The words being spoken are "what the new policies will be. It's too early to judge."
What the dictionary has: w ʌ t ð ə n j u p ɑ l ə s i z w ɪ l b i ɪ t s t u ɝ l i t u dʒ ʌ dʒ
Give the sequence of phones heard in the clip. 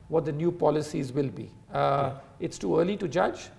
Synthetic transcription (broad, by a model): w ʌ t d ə n j u p ɑ l ə s i z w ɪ l b i ɪ t s t u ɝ l i t u dʒ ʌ dʒ